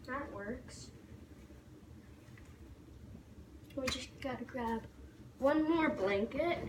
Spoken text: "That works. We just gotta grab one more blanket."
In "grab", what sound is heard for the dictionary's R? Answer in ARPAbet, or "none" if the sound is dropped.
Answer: R